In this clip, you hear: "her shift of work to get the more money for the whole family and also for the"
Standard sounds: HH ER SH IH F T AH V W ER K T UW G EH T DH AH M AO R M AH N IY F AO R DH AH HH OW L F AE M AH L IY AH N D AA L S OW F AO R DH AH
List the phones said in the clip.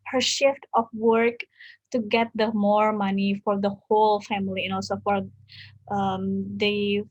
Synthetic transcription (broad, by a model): HH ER SH IH F T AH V W ER K T UW G EH T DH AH M AO R M AH N IY F AO R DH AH HH OW L F AE M AH L IY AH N AA L S OW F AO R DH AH